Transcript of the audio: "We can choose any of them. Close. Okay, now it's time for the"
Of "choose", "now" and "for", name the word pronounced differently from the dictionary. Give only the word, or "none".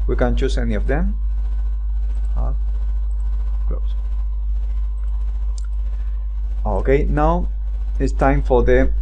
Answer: choose